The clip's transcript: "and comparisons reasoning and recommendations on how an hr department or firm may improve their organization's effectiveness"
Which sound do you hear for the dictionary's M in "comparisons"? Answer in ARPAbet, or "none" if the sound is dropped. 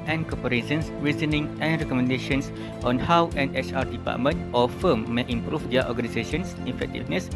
none